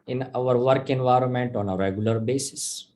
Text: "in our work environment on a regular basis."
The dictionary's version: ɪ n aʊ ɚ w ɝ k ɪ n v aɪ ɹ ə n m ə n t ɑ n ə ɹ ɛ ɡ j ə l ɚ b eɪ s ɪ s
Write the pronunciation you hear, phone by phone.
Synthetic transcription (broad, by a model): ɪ n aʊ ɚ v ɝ k ɪ n v aɪ ɹ ə n m ə n t ɑ n ə ɹ ɛ ɡ j ə l ɚ b eɪ s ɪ s